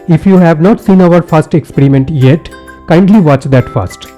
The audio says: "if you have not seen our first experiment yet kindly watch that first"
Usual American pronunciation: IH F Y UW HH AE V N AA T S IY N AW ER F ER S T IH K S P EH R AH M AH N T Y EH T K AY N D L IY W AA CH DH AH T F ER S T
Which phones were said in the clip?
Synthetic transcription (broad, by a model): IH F Y UW HH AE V N AA T S IY N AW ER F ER S T IH K S P EH R AH M AH N T Y EH T K AY N D L IY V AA CH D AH T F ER S T